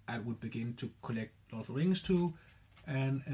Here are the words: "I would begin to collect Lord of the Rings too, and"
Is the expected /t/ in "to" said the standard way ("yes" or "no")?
yes